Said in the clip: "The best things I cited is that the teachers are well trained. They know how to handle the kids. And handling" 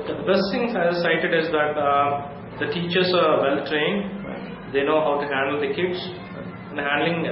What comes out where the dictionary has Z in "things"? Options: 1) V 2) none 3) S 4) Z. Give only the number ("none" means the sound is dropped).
2